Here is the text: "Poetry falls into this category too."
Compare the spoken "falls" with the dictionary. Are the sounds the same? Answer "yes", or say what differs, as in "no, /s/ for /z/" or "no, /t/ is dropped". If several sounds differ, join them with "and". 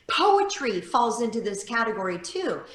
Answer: yes